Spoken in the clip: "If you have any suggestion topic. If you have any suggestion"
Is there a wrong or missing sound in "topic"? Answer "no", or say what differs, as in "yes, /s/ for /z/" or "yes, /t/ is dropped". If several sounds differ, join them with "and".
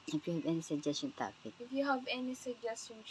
yes, /f/ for /p/